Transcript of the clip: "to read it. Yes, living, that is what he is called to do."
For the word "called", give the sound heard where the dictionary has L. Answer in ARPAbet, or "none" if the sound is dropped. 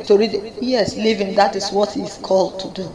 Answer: L